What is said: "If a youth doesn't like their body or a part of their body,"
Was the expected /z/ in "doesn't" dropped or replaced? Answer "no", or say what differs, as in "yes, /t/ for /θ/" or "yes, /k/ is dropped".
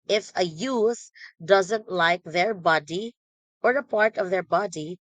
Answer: no